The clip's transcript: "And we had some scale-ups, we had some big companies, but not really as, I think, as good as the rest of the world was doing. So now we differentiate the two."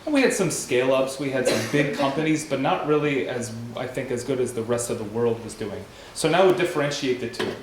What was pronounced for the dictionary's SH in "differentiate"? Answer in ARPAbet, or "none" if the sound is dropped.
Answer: SH